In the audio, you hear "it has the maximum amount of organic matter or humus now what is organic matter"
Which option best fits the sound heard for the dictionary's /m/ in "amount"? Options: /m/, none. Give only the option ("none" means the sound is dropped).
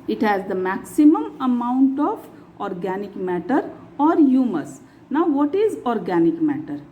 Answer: /m/